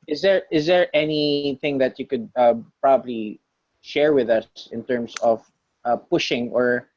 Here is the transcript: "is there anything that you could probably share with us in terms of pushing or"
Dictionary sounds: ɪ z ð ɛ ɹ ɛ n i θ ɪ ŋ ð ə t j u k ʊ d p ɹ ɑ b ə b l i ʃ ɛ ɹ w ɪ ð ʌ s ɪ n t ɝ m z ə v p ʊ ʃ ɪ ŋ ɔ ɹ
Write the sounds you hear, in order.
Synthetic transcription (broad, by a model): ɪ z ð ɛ ɹ ɛ n i θ ɪ ŋ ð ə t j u k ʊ d p ɹ ɑ b ə b l i ʃ ɛ ɹ w ɪ ð ʌ s ɪ n t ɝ m s ə v p ʊ ʃ ɪ ŋ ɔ ɹ